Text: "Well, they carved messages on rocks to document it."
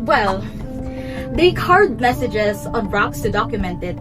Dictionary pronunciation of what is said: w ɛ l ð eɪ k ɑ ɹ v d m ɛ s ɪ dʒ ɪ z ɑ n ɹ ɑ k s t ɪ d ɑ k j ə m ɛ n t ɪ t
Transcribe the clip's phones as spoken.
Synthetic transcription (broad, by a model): w ɛ l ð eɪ k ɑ ɹ d m ɛ s ɪ dʒ ɪ z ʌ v ɹ ɑ k s t ɪ d ɑ k j ə m ɛ n t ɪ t